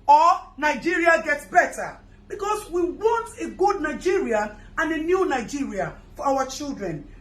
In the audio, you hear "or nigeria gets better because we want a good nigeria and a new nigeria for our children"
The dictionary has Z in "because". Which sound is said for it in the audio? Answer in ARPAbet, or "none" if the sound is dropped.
S